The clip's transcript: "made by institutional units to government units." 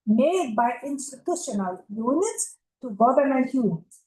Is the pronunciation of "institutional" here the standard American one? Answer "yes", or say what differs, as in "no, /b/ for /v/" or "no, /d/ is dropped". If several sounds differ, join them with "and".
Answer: yes